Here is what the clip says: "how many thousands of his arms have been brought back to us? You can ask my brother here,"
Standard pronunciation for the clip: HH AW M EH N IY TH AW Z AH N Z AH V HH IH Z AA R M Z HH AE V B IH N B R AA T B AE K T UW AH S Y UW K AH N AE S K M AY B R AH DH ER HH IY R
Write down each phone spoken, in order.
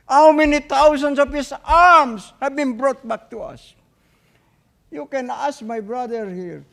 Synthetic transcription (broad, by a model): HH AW M EH N IY T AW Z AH N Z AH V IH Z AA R M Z HH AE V B IH N B R AA T B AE K T UW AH S Y UW K AH N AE S K M AY B R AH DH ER HH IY R